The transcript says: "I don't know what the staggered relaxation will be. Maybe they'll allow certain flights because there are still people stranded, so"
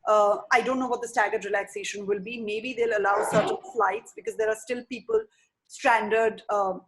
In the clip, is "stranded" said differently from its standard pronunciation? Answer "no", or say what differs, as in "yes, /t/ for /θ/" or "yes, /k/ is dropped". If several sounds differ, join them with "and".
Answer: no